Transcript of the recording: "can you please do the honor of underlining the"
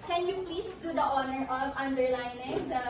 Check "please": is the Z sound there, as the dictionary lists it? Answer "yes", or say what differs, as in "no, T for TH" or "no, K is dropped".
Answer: no, S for Z